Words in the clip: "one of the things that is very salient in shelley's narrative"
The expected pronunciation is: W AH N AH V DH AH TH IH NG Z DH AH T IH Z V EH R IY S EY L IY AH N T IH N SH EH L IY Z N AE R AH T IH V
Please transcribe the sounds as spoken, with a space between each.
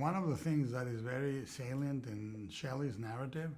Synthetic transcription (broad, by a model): W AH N AH V DH AH TH IH NG Z DH AH T IH Z V EH R IY S EY L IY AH N T IH N SH EH L IY Z N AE R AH T IH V